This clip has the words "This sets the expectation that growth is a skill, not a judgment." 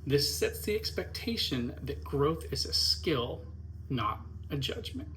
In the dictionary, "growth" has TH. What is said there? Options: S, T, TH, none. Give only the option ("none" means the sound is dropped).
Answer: TH